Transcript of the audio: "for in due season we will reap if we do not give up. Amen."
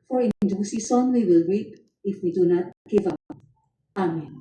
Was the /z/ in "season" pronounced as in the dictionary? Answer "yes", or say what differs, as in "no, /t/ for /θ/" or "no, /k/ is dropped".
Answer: no, /s/ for /z/